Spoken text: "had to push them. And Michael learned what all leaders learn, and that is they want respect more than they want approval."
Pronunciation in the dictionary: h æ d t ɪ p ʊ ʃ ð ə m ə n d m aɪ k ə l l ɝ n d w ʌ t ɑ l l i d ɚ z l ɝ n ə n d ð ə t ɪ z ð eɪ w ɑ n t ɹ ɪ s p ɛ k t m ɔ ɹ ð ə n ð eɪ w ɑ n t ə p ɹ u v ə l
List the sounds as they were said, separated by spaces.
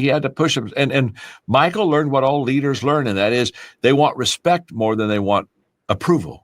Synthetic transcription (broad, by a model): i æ d t ɪ p ʊ ʃ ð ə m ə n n m aɪ k l l ɝ n d w ʌ t ɑ l l i d ɚ z l ɝ n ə n ð ə t ɪ z ð eɪ w ɑ n t ɹ ɪ s p ɛ k t m ɔ ɹ ð ə n ð eɪ w ɑ n t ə p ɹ u v l